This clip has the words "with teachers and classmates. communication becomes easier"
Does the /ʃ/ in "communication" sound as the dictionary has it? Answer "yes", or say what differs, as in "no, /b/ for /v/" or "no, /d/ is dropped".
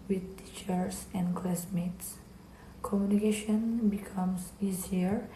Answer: yes